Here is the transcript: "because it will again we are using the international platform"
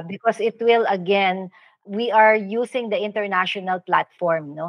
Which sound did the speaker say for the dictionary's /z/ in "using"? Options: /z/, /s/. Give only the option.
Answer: /s/